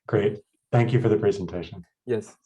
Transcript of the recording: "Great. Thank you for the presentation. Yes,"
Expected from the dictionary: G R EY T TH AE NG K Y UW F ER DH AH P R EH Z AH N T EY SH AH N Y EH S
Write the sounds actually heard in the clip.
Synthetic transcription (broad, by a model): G R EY T TH AE NG K Y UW F ER DH AH P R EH Z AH N T EY SH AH N Y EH S